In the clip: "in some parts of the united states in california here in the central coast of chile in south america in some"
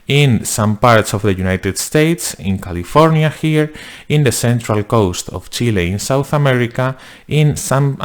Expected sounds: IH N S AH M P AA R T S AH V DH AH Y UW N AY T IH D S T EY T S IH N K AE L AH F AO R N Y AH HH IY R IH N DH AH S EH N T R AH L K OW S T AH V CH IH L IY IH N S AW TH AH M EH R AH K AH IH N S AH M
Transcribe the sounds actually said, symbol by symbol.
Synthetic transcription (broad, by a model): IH N S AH M P AA R T S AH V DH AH Y UW N AY T IH D S T EY T S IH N K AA L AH F AO R N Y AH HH IY R IH N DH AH S EH N T R AH L K OW S T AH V CH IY L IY IH N S AW TH AH M EH R AH K AH IH N S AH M